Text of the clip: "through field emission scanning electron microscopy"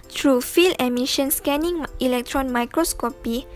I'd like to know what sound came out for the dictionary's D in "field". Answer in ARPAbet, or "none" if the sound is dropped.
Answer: none